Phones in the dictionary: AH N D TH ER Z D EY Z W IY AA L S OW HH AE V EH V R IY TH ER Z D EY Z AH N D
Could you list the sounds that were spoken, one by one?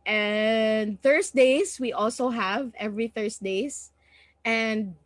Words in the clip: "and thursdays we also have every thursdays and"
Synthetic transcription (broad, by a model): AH N D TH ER S D EY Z W IY AA L S OW HH AE V EH V R IY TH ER S D EY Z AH N D